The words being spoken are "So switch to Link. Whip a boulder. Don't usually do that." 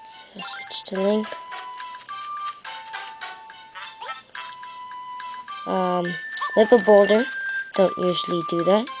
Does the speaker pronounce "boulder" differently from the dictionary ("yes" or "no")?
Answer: no